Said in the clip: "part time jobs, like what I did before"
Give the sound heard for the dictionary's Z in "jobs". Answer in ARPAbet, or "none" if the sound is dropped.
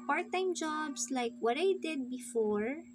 S